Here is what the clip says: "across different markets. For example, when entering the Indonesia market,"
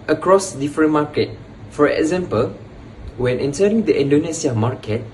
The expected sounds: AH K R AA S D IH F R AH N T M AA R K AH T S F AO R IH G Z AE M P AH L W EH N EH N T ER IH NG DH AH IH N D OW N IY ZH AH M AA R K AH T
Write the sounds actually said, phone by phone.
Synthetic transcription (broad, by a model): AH K R AA S D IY F R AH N M AA K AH T F AO R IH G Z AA M P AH L W EH N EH N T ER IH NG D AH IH N D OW N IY S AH M AA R K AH T